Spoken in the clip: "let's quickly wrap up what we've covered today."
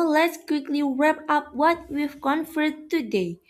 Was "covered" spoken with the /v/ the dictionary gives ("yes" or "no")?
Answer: no